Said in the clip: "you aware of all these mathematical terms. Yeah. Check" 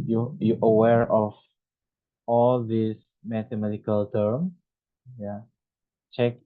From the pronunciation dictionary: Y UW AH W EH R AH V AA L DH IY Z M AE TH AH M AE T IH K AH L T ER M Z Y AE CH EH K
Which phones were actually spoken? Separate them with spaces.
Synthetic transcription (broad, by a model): Y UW AH W EH R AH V AA L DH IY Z M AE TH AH M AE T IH K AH L T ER M Y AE CH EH K